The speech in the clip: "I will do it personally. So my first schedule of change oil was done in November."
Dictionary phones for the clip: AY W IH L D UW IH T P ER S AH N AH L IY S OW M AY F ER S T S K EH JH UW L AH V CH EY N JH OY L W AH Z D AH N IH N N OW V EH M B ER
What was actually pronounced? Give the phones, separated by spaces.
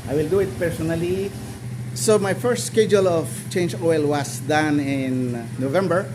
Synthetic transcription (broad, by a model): AY W IH L D UW IH T P ER S AH N AH L IY S OW M AY F ER S T S K EH JH UW L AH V CH EY N JH OY L W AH S D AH N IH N N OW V EH M B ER